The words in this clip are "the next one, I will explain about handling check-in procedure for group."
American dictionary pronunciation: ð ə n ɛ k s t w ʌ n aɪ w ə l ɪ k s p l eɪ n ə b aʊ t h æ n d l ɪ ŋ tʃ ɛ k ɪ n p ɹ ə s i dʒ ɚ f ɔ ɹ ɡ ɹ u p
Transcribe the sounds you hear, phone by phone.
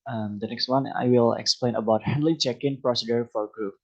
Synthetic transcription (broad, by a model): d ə n ɛ k s t w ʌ n aɪ w ə l ɪ k s p l eɪ n ə b aʊ t h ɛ n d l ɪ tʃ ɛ k ɪ n p ɹ ə s i dʒ ɚ f ɔ ɹ ɡ ɹ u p